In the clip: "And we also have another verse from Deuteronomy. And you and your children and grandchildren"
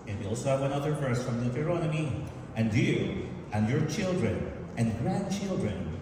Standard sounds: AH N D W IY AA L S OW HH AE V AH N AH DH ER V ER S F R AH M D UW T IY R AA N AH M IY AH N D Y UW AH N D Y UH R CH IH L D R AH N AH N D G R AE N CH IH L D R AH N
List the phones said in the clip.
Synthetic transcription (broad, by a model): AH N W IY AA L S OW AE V AH N AH DH ER F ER S F R AH M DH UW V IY R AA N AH M IY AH N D Y UW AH N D Y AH R CH IH L D R AH N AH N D G R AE N CH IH L D R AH N